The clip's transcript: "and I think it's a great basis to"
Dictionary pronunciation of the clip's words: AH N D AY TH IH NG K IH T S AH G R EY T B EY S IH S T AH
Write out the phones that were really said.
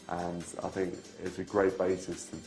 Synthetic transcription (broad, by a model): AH N AY TH IH NG K IH T S AH G R EY T B EY S IH S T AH